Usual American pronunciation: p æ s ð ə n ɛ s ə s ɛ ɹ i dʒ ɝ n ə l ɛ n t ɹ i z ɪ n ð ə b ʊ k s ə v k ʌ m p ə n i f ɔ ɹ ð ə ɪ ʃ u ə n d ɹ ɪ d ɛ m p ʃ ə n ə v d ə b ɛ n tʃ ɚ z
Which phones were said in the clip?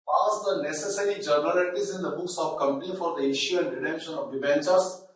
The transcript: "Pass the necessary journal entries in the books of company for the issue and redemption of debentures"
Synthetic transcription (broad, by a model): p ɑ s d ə n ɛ s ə s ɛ ɹ i dʒ ɝ n ə l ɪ t i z ɪ n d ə b ʊ k s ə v k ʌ m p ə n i f ɔ ɹ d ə ɪ ʃ u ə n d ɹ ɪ d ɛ m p ʃ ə n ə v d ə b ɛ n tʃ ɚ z